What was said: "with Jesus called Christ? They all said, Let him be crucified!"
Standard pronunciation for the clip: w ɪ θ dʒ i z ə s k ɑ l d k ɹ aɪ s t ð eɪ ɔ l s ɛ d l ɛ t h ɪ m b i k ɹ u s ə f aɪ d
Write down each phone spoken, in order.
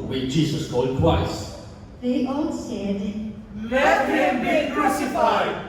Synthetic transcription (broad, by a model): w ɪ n dʒ i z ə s k ɑ l d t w aɪ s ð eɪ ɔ n s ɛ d l ɛ t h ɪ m b i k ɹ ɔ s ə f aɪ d